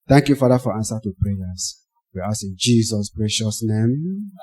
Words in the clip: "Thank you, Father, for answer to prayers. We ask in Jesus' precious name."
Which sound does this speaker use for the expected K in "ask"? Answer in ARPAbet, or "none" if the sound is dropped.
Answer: none